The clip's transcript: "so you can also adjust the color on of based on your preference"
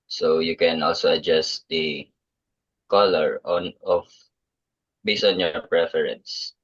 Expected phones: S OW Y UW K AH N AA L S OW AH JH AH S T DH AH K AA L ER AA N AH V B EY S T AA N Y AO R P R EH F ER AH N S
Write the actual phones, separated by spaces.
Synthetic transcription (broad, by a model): S OW Y UW K AH N AA L S OW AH JH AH S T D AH K AA L ER AA N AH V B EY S AA N Y AO R P R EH F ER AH N S